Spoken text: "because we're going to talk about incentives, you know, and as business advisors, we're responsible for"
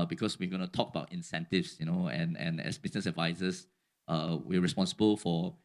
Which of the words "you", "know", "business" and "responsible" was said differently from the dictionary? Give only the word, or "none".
business